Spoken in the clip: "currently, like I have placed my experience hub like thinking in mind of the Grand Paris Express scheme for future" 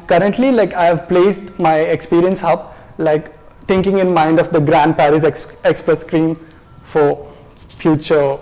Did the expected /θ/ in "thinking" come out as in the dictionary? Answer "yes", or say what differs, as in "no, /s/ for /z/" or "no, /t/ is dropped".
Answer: no, /t/ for /θ/